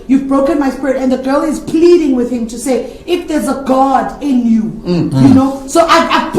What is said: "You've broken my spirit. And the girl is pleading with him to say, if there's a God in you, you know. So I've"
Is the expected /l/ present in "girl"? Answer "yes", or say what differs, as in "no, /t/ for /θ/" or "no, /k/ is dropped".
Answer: yes